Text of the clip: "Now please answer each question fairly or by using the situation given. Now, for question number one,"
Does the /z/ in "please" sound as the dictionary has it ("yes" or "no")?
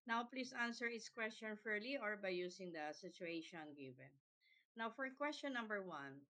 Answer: no